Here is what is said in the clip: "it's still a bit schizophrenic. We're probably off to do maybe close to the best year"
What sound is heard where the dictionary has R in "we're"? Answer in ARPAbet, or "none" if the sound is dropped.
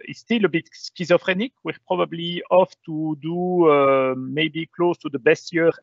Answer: R